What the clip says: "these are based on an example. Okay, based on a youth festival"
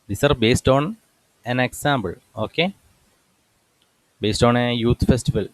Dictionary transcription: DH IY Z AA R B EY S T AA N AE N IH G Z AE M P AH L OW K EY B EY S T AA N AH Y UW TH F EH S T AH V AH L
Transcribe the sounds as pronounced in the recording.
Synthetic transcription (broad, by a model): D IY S AA R B EY S T AA N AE N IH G S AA M B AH L OW K EY B EY S T AA N AH Y UW T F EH S T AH V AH L